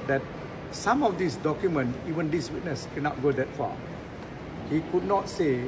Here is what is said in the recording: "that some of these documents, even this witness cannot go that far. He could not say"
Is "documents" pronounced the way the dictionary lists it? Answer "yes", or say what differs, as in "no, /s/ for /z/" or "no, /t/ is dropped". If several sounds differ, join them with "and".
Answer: no, /s/ is dropped